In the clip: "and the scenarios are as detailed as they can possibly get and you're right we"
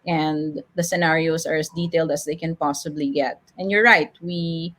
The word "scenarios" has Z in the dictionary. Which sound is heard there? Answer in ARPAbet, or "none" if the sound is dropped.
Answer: S